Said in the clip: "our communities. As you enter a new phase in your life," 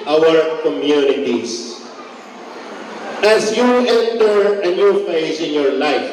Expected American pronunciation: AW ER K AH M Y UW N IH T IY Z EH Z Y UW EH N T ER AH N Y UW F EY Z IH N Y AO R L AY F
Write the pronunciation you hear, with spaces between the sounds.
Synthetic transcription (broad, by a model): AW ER K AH M Y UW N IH T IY S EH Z Y UW EH N T ER AH N Y UW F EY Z IH N Y AO R L AY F